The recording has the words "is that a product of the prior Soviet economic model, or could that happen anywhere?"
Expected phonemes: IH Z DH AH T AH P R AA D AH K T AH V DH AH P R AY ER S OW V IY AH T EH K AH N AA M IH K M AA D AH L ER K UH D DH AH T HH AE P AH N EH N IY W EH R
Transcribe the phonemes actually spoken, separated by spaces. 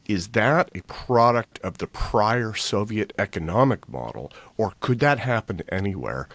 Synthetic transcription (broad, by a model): IH Z DH AH T AH P R AA D AH K T AH V DH AH P R AY ER S OW V IY AH T EH K AH N AA M IH K M AA D L ER K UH D DH AH T HH AE P AH N EH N IY W EH R